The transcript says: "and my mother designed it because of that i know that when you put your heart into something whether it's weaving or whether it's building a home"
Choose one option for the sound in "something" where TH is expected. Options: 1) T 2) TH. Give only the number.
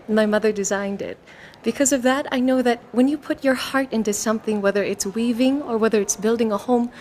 2